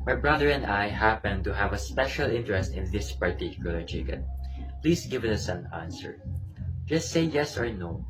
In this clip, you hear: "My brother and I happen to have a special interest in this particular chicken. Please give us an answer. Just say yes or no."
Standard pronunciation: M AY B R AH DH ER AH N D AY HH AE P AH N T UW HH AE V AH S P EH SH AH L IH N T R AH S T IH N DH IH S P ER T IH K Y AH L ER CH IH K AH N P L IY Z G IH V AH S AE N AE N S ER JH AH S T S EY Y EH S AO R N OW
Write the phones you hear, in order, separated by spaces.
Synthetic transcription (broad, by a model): M AY B R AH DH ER AH N D AY HH AE P AH N T UW HH AE V AH S P EH SH AH L IH N T R AH S T IH N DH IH S P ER T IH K Y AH L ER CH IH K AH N P L IY S G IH V AH S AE N AE N S ER JH AH S T S EY Y EH S AO R N OW